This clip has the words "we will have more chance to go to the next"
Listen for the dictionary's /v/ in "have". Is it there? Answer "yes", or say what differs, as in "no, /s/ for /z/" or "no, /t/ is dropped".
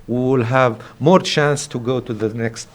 yes